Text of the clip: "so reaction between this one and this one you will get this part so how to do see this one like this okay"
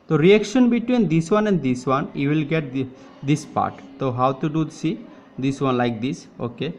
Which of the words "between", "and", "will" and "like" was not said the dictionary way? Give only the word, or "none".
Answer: none